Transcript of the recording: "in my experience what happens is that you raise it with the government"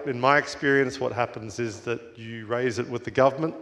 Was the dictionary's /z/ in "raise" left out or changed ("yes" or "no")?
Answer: no